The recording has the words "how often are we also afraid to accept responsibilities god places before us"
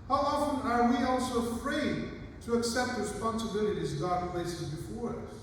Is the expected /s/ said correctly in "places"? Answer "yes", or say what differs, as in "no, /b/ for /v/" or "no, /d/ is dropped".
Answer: yes